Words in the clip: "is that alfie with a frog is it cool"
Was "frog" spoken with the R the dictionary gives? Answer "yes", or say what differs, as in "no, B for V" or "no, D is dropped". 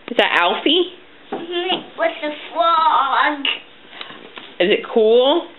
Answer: no, L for R